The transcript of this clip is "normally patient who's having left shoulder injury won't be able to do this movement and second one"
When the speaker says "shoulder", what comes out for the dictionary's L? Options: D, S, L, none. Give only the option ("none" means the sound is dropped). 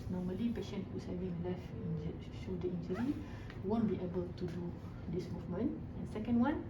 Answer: none